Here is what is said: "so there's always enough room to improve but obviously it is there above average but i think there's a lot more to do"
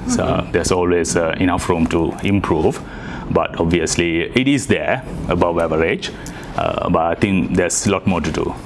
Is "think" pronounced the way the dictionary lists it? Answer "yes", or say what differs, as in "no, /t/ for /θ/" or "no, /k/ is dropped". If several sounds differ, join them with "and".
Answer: no, /t/ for /θ/